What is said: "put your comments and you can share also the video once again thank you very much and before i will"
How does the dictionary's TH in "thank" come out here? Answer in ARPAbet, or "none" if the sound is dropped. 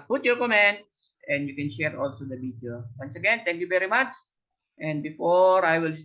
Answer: T